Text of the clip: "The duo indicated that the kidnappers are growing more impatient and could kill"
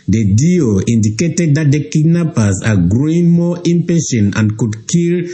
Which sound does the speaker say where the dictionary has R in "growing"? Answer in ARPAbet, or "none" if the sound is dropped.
R